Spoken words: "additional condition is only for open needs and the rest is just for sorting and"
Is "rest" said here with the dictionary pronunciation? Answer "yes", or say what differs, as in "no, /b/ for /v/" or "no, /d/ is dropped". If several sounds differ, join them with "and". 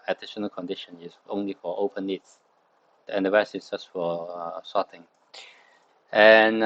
no, /t/ is dropped